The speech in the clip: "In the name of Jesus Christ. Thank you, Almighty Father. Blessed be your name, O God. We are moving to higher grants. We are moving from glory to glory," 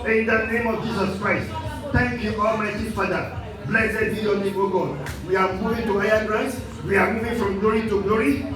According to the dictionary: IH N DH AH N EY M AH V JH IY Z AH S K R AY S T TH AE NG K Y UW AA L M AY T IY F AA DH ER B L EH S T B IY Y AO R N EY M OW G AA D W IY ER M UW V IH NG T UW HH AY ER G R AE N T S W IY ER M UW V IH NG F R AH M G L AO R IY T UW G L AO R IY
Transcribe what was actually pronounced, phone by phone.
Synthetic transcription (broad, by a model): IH N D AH N EY M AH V JH IY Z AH S K R AY S T T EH NG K Y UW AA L M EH S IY F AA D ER B L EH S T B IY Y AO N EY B OW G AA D W IY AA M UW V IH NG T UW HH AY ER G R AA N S W IY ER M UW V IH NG F R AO M G L AO R IY T UW G L AO R IY